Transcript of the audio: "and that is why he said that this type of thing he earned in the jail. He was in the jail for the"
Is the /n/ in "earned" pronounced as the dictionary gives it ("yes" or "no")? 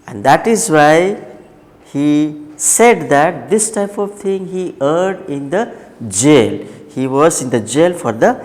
no